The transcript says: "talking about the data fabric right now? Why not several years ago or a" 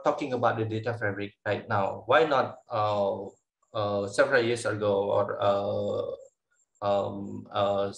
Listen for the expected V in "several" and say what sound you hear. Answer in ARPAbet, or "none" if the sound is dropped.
V